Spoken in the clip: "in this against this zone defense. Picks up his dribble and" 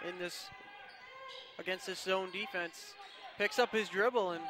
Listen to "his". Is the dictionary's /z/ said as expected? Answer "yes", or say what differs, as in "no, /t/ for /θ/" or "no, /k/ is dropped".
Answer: yes